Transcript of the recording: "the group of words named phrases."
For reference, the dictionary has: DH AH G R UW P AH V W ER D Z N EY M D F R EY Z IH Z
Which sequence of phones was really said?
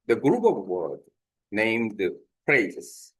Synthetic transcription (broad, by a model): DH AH G R UW P AH V W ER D N EY M D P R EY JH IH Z